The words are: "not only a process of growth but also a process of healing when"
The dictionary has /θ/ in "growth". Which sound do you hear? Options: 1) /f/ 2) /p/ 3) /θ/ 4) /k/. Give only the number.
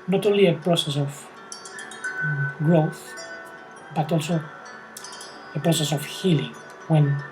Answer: 3